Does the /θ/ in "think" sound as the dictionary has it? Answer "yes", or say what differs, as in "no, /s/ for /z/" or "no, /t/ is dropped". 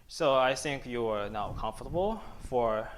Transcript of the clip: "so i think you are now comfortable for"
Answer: yes